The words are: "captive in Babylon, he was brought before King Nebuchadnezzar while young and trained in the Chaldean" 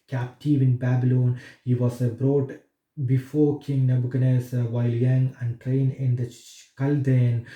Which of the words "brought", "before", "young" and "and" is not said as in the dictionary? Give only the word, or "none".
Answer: none